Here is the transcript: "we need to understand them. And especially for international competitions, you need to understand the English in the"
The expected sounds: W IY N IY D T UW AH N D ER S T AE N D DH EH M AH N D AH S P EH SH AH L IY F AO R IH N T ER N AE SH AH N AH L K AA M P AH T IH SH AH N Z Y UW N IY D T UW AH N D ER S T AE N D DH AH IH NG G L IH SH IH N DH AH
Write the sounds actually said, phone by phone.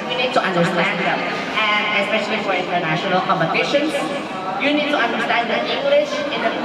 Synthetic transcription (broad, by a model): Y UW N IY D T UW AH N D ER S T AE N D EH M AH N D AH S P EH SH AH L IY F AO R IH N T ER N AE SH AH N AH L K AA M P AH T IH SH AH N Y UW N IY D T UW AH N D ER S T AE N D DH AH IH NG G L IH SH IH N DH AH